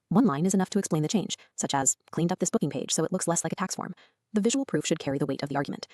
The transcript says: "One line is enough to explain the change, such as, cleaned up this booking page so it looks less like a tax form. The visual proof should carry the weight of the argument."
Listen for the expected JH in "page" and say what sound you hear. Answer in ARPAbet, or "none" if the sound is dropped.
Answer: ZH